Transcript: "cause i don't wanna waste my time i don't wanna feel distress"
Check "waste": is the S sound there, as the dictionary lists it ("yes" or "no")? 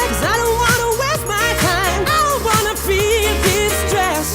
no